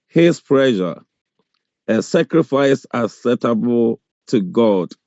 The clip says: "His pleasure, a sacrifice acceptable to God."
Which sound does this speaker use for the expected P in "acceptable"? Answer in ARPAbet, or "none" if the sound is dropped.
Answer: none